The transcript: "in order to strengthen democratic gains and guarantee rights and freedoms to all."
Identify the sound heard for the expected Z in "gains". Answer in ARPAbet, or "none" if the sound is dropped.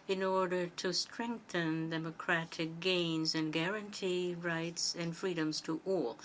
Z